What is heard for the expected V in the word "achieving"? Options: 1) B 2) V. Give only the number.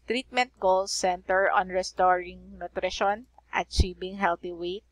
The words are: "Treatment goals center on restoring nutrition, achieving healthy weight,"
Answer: 1